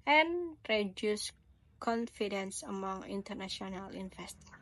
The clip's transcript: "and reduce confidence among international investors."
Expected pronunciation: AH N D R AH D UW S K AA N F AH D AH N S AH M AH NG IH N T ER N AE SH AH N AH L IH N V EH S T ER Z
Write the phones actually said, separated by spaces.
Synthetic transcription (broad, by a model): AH N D R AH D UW S K AA N F AH D AH N S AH M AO NG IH N T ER N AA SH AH N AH L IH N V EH S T